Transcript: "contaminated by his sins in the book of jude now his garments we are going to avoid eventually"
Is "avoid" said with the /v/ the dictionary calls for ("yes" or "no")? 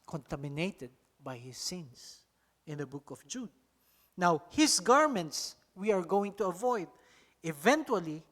yes